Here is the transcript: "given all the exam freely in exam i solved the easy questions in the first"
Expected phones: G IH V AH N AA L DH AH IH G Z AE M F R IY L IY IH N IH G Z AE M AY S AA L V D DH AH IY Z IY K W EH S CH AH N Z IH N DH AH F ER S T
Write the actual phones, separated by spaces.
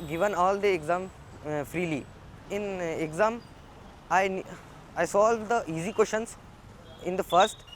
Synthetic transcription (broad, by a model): G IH V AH N AA L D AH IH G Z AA M F R IY L IY IH N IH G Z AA M AY S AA L D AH IY Z IY K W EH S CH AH N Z IH N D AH F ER S T